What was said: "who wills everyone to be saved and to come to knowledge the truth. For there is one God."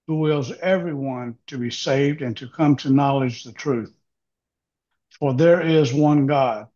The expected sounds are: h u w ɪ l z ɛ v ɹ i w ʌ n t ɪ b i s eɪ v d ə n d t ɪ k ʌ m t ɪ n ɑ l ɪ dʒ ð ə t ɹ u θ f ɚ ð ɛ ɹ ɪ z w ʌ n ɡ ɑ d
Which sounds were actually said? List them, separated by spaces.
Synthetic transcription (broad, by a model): h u w ɪ l z ɛ v ɹ i w ʌ n t ɪ b i s eɪ v d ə n t ɪ k ʌ m t ɪ n ɑ l ɪ dʒ ð ə t ɹ u θ f ɚ ð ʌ ɹ ɪ z w ʌ n ɡ ɑ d